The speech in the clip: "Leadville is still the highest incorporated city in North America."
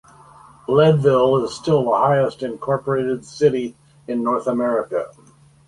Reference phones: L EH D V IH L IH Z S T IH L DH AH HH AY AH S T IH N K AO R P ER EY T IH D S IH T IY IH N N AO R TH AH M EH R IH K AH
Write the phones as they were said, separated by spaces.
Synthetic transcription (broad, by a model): L EH D V IH L IH Z S T IH L DH AH HH AY AH S T IH N K AO R P ER EY T IH D S IH T IY IH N N AO R TH AH M EH R IH K AH